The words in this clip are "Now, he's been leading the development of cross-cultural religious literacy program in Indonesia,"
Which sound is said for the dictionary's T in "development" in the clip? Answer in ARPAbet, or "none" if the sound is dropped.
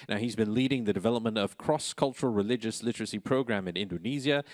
T